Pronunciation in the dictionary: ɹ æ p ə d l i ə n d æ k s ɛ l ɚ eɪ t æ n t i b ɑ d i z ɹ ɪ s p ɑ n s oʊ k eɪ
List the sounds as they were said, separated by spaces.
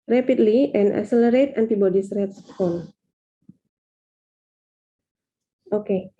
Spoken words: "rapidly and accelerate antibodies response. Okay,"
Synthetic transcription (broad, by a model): ɹ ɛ p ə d l i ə n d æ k s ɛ l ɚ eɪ t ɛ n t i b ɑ d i s ɹ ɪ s f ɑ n oʊ k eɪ